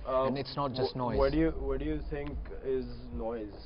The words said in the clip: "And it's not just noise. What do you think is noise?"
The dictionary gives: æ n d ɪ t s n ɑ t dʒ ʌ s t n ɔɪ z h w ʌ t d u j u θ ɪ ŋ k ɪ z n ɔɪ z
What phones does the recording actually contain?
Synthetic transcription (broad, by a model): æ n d ɪ t s n ɑ t dʒ ʌ s t n ɔɪ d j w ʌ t d u j u t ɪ ŋ k ɪ z n ɔɪ z